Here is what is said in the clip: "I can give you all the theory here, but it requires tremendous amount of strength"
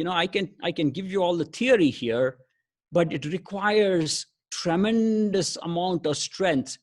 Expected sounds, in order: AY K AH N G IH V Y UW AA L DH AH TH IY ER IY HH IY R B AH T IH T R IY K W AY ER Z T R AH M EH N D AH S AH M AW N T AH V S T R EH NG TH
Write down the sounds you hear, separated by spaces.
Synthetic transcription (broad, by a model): AY K AH N G IH V Y UW AA L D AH T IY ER IY HH IY R B AH T IH T R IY K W AY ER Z T R AH M EH N D AH S AH M AW N T AH V S T R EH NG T